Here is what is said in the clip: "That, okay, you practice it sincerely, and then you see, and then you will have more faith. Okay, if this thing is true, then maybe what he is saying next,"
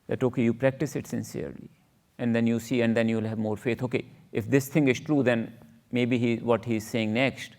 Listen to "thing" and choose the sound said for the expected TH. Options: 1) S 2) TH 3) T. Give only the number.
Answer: 3